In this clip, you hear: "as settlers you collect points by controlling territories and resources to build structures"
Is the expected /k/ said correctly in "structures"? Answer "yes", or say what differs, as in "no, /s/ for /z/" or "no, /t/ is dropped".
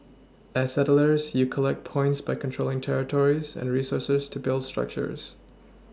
yes